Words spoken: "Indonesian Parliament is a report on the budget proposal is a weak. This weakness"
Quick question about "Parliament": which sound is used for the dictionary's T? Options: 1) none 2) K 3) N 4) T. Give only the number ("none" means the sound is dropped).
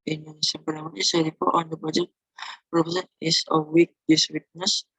1